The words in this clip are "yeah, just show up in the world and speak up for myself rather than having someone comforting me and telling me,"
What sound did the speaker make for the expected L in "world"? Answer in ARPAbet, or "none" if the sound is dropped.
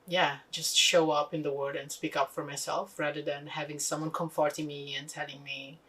none